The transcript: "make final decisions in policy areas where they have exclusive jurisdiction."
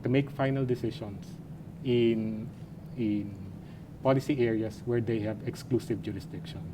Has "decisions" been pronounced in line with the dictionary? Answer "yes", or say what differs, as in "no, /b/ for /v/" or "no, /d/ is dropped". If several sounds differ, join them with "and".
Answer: no, /ʃ/ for /ʒ/ and /s/ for /z/